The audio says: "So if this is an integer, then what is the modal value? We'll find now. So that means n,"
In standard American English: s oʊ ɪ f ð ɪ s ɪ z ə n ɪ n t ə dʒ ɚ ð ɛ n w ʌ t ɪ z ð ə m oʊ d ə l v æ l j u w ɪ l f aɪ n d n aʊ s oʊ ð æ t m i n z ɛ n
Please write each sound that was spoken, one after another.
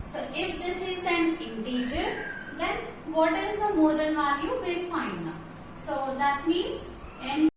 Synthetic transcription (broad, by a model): s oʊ ɪ f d ɪ s ɪ z ə n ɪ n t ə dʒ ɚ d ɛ n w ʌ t ɪ z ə m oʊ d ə n v æ l j u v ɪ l f aɪ n d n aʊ s oʊ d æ t m i n z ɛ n